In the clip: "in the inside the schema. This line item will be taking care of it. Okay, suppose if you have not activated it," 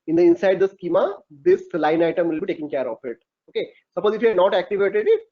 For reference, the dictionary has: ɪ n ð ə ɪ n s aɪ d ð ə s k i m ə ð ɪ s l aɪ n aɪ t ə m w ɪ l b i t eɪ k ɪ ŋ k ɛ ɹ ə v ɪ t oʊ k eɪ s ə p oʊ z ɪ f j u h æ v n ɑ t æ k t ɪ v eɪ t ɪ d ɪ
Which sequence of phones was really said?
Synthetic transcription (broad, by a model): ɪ n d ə ɪ n s aɪ d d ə s k i m ə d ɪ s l aɪ n aɪ t ə m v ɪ l b i t eɪ k ɪ ŋ k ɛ ɹ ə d ɪ t oʊ k eɪ s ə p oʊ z ɪ f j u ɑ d n ɑ t æ k t ɪ v eɪ t ɪ d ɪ